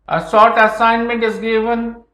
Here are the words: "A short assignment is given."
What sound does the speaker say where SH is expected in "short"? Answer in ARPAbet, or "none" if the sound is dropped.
S